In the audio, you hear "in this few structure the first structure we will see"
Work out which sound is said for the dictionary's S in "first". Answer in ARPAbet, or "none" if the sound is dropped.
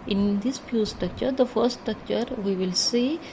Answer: none